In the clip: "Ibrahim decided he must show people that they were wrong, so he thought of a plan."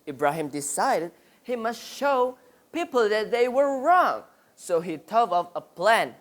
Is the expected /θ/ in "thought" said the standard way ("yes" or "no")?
no